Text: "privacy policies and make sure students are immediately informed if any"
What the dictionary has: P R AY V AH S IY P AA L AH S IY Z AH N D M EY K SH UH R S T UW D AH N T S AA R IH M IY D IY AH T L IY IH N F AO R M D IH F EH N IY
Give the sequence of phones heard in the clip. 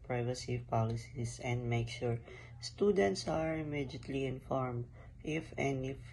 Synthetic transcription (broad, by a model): P R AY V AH S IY P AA L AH S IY S AH N D M EY K SH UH R S T UW D AH N T S AA R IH M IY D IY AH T L IY IH N F AO R M D IH F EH N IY